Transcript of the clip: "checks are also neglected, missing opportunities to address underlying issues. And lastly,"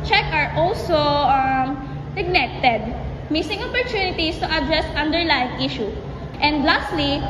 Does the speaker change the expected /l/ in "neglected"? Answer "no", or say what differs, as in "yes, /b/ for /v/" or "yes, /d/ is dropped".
yes, /n/ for /l/